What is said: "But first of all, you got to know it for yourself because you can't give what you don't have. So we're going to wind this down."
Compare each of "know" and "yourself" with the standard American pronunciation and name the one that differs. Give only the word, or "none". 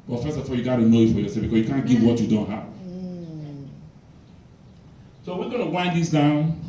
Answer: yourself